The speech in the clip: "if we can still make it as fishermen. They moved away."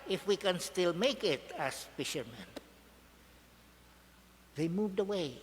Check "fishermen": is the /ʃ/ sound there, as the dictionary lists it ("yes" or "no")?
yes